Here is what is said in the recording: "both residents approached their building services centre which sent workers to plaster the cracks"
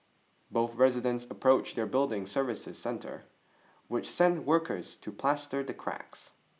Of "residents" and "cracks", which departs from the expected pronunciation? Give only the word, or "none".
none